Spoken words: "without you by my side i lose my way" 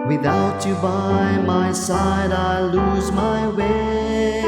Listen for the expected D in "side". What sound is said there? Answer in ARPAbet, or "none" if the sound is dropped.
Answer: D